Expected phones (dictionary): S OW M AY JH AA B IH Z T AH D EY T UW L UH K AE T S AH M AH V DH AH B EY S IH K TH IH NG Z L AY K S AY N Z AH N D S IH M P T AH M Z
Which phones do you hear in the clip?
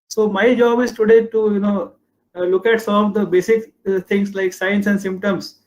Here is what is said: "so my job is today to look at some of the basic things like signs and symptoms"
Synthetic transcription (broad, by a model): S OW M AY JH AA B IH Z T AH D EY T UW L UH K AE T S AH M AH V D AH B EY S IH K T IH NG S L AY K S AY N S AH N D S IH M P T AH M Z